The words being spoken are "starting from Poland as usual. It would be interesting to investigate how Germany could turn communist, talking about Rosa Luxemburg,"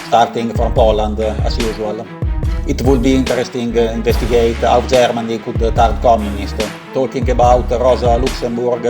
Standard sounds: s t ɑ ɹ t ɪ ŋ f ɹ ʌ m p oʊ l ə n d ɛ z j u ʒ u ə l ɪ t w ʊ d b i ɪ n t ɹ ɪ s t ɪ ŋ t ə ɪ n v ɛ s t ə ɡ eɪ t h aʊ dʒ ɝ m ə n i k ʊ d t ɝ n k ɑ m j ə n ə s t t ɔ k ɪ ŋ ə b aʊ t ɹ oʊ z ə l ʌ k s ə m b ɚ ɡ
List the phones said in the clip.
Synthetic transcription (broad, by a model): s t ɑ ɹ t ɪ ŋ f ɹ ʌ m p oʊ l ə n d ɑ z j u z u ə l ɪ t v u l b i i n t ɹ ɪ s t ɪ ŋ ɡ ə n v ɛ s t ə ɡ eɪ t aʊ dʒ ɝ m ə n i k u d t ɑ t k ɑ m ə n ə s t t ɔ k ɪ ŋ ə b aʊ t ɹ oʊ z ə l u k s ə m b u ɡ